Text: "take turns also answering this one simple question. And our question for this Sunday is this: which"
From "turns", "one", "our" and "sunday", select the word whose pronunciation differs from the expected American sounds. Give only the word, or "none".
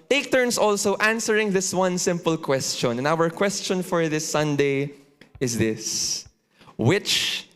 turns